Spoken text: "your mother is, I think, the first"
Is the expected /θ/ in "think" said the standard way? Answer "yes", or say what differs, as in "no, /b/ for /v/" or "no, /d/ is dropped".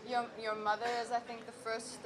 yes